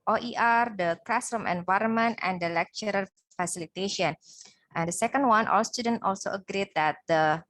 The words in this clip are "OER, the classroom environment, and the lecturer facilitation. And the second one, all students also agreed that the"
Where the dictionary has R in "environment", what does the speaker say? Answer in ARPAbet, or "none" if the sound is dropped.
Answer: R